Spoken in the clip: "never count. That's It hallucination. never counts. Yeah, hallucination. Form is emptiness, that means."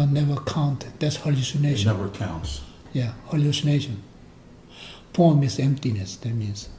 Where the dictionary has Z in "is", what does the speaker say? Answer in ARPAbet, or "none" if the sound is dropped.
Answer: S